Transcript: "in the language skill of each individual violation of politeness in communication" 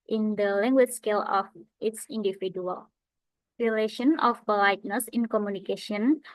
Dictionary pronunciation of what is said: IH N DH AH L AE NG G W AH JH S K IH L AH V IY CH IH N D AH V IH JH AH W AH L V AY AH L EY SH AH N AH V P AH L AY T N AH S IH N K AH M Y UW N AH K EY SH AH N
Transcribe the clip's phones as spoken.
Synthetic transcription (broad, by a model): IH N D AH L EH NG G W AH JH S K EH L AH F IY S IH N D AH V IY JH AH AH L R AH L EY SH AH N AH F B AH L AY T N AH S IH N K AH M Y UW N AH K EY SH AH N